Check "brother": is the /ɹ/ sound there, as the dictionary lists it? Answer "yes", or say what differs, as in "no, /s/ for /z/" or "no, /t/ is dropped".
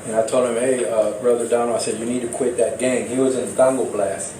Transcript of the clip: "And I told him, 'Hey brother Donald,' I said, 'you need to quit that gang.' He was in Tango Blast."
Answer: yes